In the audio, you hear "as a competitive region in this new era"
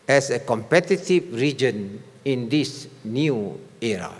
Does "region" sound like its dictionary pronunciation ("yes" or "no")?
yes